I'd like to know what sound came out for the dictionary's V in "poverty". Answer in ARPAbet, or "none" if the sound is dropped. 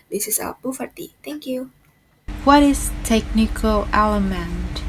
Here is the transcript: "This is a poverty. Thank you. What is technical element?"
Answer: F